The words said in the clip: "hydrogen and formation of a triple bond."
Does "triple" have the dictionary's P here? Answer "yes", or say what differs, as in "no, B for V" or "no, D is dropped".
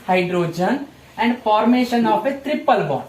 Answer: yes